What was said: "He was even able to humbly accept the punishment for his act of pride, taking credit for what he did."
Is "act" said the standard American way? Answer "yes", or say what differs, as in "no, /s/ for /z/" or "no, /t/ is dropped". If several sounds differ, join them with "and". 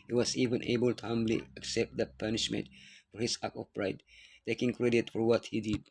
no, /t/ is dropped